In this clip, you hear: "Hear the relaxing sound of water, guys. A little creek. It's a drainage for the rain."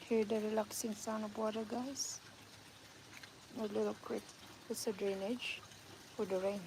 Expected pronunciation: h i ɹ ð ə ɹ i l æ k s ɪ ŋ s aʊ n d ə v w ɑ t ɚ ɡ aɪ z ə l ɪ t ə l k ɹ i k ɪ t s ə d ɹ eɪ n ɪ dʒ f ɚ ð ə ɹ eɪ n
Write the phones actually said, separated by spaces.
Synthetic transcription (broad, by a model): h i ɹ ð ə ɹ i l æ k s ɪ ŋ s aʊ n ə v w ɑ t ɚ ɡ aɪ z ə l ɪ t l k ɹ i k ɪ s ə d ɹ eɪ n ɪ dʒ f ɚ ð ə ɹ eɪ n